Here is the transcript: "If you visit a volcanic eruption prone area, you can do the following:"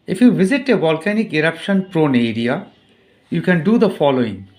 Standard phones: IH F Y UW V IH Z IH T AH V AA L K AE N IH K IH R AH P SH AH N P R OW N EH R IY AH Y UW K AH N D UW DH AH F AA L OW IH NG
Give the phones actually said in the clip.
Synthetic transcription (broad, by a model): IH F Y UW V IH Z IH T AH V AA L K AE N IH K IH R AH P SH AH N P R OW N EH R IY AH Y UW K AH N D UW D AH F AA L OW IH NG